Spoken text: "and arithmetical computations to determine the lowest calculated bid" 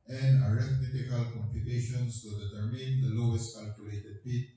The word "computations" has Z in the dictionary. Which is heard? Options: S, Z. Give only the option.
S